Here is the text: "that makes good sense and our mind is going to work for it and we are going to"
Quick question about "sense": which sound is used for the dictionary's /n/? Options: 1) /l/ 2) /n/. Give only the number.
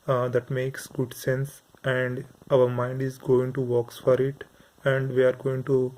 2